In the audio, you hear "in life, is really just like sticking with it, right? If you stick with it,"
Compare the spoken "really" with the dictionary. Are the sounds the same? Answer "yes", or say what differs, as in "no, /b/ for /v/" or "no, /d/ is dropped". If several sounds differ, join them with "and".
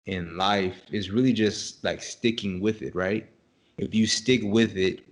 yes